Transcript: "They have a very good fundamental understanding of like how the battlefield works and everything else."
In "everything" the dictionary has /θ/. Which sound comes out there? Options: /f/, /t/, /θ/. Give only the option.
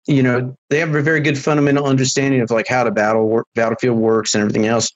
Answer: /θ/